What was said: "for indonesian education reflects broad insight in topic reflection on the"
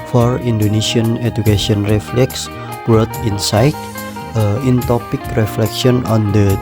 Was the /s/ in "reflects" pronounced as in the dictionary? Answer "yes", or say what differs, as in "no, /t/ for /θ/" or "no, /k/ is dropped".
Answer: yes